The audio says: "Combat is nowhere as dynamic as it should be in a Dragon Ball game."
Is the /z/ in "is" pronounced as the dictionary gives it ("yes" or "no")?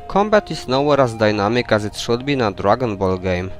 no